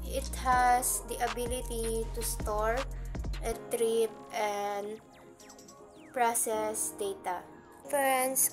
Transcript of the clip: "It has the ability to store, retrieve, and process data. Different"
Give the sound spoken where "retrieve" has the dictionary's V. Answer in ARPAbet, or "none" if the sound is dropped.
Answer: P